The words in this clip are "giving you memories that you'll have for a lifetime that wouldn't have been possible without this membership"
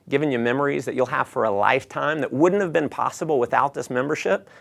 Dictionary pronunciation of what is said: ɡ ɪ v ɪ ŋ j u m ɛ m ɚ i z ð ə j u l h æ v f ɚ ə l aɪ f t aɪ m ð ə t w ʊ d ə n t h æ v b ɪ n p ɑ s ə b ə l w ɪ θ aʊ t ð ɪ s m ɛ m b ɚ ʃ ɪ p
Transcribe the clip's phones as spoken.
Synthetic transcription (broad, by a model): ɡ ɪ v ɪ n j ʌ m ɛ m ɚ i z ð ə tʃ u l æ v f ɚ ə l aɪ f t aɪ m ð ə t w ʊ d n t h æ v b ɪ n p ɑ s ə b l w ɪ θ aʊ t ð ɪ s m ɛ m b ɚ ʃ ɪ p